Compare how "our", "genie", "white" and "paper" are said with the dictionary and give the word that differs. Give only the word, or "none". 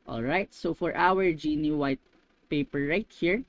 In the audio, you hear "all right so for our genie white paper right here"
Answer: none